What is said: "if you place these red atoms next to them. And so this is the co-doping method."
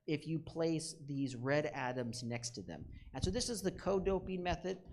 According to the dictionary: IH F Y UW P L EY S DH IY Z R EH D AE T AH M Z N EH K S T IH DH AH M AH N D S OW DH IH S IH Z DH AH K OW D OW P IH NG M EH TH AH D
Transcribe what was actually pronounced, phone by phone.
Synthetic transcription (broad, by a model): IH F Y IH P L EY S DH IY Z R EH D AE T AH M Z N EH K S T IH DH AH M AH N S OW DH IH S IH Z DH AH K OW D OW P IH NG M EH TH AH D